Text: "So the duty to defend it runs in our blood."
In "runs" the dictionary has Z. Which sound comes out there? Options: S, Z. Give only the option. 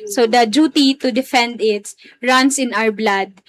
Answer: S